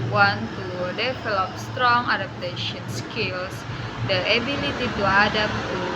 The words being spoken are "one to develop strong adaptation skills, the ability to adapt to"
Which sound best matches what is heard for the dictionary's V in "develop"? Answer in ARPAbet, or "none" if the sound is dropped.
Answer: F